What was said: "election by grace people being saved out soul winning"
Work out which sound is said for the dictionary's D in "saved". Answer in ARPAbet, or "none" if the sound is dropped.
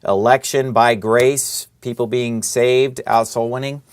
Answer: D